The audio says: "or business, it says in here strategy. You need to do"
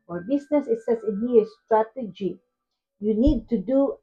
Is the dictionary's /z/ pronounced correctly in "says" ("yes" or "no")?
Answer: no